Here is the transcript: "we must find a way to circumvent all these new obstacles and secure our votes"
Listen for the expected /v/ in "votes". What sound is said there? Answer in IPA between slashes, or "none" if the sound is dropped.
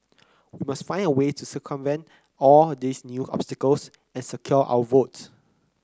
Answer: /v/